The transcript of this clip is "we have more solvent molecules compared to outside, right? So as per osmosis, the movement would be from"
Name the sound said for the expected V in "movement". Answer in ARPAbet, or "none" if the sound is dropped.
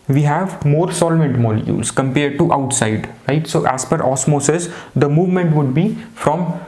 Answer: V